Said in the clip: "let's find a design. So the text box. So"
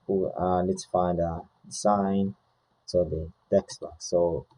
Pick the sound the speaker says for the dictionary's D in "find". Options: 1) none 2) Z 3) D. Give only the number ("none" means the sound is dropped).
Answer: 3